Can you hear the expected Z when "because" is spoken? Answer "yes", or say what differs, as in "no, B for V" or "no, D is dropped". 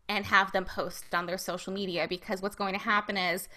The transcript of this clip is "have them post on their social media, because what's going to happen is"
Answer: yes